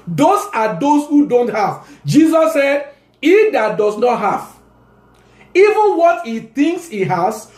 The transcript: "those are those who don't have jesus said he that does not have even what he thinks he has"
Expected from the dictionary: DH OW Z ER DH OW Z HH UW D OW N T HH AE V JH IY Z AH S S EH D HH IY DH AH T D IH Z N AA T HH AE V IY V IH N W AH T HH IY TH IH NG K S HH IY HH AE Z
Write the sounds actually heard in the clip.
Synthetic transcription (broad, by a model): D OW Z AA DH OW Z HH UW D OW N T HH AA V JH IY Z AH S S EH D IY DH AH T D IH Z N AA T HH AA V IY V IH N W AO T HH IY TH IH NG K S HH IY HH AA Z